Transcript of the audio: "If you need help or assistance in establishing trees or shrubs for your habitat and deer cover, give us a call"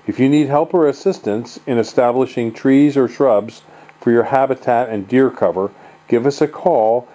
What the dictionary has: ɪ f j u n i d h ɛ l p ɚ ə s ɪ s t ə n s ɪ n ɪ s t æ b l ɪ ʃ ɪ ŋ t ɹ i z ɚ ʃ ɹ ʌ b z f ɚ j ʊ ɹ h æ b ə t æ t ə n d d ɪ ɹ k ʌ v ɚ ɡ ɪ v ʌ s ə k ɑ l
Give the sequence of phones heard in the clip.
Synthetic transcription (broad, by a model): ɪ f j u n i d h ɛ l p ɚ ə s ɪ s t ə n s ɪ n ɪ s t æ b l ɪ ʃ ɪ ŋ t ɹ i z ɚ ʃ ɹ ʌ b z f ɚ j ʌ ɹ h æ b ə t æ t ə n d d ɪ ɹ k ʌ v ɚ ɡ ɪ v ʌ s ə k ɑ l